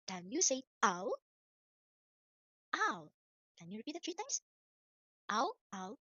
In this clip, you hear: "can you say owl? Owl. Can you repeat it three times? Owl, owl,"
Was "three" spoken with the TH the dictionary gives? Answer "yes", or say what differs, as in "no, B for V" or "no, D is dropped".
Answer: no, T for TH